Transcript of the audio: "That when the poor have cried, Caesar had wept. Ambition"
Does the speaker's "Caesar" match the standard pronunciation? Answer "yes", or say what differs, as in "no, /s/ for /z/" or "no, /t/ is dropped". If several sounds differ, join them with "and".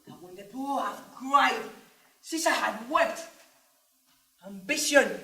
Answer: no, /s/ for /z/